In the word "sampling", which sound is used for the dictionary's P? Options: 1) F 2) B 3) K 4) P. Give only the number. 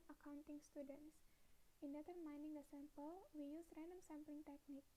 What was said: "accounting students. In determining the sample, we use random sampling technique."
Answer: 4